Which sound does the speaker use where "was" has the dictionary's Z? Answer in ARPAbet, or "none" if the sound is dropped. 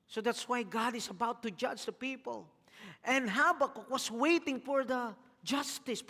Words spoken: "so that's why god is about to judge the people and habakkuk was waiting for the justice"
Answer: S